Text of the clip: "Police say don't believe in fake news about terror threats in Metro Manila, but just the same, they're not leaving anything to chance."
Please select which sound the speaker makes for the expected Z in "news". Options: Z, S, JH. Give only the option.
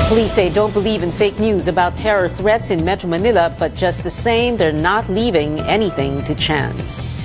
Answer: Z